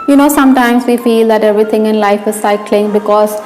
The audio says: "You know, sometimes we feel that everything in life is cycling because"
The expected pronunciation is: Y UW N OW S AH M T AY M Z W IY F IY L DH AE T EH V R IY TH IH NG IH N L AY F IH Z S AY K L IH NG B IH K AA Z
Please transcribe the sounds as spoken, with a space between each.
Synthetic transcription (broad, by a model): Y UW N OW S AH M T AY M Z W IY F IY L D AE T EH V R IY T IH NG IH N L AY F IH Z S AY K L IH NG B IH K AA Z